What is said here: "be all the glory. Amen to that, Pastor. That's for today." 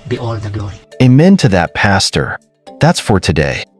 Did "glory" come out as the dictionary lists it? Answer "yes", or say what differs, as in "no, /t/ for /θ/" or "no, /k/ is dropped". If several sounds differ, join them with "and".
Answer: no, /l/ is dropped